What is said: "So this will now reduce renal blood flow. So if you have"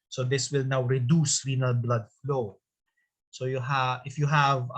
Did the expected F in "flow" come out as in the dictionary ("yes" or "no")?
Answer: yes